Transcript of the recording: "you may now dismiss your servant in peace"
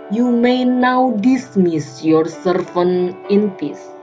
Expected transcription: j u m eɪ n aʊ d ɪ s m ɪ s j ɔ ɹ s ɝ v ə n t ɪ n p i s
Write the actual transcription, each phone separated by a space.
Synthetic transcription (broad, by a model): j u m eɪ n aʊ d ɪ s m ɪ s j ɔ ɹ s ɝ f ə n ɪ n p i s